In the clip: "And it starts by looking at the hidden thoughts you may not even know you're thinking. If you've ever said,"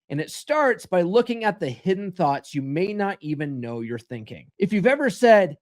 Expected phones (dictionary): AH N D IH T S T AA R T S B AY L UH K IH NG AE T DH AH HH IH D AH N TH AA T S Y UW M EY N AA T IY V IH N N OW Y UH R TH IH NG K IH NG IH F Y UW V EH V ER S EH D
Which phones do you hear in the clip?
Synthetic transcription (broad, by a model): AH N IH T S T AA R T S B AY L UH K IH NG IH T DH AH HH IH D N TH AA T S Y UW M EY N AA T IY V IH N N OW Y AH R TH IH NG K IH NG IH F Y UW V EH V ER S EH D